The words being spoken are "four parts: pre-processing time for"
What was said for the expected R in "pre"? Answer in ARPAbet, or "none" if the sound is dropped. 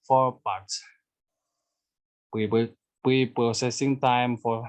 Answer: none